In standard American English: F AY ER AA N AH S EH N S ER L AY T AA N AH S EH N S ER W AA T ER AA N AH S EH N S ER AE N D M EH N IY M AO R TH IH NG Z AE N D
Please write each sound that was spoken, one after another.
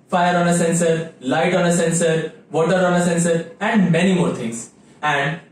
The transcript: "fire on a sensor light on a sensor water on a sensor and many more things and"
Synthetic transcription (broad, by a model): F AY ER AA N AH S EH N S ER L AY T AA N AH S EH N S ER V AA T ER AA N AH S EH N S ER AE N D M EH N IY M AO R T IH NG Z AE N D